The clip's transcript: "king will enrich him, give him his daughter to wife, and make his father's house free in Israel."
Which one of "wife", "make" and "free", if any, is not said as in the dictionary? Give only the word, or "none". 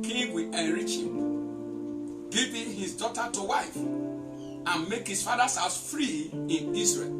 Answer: none